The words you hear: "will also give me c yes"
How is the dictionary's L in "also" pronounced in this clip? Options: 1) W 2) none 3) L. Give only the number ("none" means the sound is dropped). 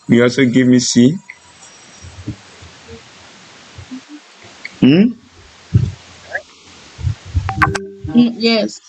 2